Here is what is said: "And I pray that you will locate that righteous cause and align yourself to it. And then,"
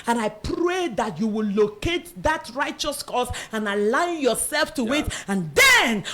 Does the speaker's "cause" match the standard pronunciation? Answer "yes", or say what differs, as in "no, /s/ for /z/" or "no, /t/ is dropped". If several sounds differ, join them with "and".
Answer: no, /s/ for /z/